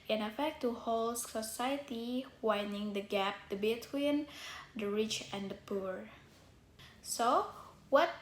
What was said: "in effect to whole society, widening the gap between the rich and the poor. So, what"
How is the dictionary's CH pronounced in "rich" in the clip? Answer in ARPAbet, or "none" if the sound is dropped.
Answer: CH